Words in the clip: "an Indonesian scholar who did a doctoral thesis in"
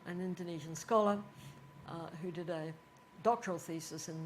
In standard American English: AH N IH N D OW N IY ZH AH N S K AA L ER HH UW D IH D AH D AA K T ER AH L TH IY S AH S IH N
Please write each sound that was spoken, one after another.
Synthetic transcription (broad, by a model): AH N IH N D OW N IY ZH AH N S K AA L ER HH UW D IH D AH D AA K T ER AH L TH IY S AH S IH N